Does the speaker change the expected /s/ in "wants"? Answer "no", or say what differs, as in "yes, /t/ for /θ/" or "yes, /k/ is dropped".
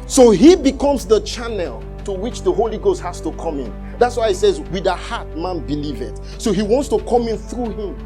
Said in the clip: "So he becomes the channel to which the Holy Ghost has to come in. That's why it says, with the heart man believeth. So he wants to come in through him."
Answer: no